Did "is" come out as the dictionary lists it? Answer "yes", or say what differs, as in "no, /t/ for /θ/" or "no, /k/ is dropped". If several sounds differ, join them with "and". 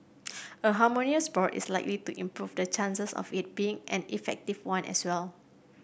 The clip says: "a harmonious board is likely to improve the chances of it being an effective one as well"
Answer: no, /s/ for /z/